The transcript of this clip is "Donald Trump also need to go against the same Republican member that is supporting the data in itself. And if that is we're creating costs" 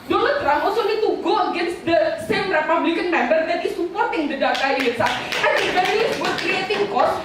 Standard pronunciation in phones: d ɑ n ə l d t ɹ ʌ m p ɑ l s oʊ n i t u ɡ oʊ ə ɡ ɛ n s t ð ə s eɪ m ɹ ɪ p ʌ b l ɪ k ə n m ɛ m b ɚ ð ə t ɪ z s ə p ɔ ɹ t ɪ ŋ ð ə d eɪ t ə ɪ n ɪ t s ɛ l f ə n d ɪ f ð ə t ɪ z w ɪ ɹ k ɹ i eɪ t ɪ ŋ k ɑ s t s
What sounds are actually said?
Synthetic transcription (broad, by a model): d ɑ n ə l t ɹ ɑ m ɑ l s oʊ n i t u ɡ oʊ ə ɡ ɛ n s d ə s eɪ m ɹ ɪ p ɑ b l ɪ k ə n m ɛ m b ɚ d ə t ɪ s ə p ɔ ɹ t ɪ ŋ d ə d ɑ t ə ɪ l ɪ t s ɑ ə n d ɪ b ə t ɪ s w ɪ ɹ k ɹ i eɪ t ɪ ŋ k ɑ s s